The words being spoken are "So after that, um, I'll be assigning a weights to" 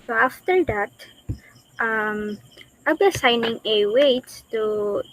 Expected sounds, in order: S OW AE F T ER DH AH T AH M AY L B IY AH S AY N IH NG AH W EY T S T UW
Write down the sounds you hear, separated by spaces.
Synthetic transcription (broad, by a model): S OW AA F T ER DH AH T AH M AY B IY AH S AY N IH NG AH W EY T T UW